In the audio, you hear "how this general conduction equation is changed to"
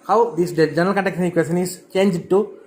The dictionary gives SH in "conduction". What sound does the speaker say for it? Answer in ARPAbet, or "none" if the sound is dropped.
S